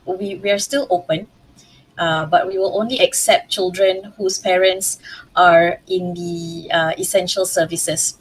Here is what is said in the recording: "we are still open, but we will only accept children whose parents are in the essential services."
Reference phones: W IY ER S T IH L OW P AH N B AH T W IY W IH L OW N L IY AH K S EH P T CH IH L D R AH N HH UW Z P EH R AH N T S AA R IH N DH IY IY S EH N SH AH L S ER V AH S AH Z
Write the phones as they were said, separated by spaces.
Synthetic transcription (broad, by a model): W IY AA S T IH L OW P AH N B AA T W IY W IH L OW N L IY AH K S EH P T CH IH L D R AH N HH UW S P EH R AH N T S AA R IH N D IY IY S EH N SH AH L S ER V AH S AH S